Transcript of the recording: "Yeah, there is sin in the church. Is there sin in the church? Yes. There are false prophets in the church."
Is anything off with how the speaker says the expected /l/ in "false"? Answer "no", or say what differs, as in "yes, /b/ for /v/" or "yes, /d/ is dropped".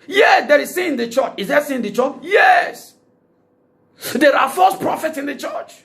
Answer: yes, /l/ is dropped